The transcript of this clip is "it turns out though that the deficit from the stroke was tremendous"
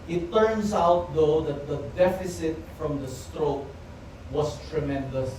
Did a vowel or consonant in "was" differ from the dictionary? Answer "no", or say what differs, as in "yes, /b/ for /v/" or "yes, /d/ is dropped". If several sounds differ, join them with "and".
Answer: yes, /s/ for /z/